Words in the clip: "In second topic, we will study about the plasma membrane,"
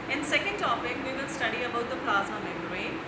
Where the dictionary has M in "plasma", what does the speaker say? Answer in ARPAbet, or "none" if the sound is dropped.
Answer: none